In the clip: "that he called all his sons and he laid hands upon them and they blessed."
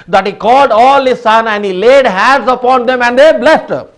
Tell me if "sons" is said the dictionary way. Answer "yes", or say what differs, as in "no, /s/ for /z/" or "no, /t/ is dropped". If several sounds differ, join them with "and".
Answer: no, /z/ is dropped